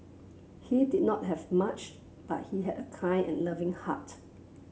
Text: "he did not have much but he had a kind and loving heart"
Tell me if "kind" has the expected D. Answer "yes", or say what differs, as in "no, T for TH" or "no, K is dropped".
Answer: no, D is dropped